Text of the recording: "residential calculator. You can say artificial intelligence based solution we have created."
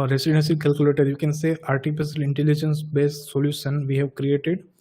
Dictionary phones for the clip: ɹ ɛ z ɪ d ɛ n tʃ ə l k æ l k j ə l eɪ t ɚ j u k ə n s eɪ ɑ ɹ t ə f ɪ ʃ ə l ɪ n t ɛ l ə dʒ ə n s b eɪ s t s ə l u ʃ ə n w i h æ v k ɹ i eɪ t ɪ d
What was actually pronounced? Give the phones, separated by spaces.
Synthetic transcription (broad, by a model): ɹ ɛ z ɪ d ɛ n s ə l k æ l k j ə l eɪ t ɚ j u k ə n s eɪ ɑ ɹ t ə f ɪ s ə l ɪ n t ɛ l ə dʒ ə n s b eɪ s t s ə l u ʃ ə n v i h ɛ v k ɹ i eɪ t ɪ d